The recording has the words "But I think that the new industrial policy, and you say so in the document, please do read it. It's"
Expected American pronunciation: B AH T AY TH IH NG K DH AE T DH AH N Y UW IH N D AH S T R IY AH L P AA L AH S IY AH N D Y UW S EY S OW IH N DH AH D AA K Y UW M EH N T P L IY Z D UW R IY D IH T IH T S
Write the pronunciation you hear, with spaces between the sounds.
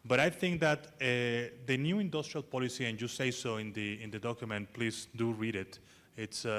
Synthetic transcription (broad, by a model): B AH T AY TH IH NG K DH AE T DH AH N Y UW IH N D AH S T R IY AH L P AA L AH S IY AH N Y UW S EY S OW IH N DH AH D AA K Y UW M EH N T P L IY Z D UW R IY D IH T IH T S